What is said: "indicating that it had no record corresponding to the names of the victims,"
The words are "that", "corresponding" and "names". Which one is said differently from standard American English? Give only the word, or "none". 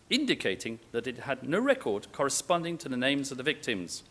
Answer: none